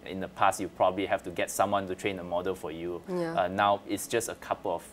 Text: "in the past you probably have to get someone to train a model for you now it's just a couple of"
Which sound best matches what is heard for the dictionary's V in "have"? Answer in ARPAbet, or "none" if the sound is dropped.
F